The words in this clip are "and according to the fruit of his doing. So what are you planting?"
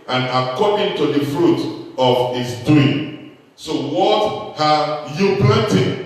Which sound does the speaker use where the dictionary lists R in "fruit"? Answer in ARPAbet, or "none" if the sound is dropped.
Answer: R